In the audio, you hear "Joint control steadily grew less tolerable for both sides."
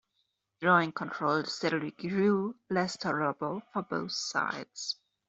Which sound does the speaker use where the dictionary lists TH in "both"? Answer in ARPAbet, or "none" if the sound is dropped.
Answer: TH